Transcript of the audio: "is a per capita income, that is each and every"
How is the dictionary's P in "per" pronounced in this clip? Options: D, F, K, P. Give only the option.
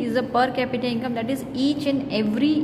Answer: P